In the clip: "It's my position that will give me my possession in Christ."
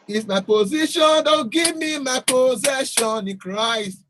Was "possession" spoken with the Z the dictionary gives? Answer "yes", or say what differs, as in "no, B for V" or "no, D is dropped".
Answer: yes